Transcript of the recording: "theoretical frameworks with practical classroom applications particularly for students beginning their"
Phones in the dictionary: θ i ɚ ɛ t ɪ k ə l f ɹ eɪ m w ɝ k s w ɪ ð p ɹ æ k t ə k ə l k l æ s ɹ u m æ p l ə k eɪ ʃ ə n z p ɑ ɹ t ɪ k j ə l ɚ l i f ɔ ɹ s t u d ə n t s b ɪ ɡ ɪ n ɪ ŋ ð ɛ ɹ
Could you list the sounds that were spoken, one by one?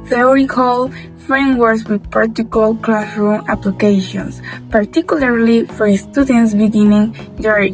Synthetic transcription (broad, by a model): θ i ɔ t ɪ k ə l f ɹ eɪ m w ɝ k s w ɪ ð p ɑ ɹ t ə k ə l k l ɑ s ɹ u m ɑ p l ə k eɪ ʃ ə n s p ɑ ɹ t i k j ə l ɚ l i f ɔ ɹ s t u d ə n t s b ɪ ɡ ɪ n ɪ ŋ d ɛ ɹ